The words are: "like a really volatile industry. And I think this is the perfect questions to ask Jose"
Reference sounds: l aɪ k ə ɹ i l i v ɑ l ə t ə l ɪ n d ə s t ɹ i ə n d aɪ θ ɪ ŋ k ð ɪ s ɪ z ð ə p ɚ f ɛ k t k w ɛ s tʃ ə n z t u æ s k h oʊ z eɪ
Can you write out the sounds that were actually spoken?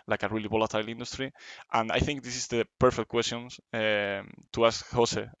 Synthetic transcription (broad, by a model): l aɪ k ə ɹ i l i b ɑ l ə t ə l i n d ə s t ɹ i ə n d aɪ θ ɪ ŋ k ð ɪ s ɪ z ð ə p ɚ f ɛ k t k w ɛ s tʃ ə n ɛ t u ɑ s k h oʊ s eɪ